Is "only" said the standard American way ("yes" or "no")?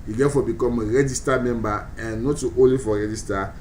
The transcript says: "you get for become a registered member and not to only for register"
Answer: no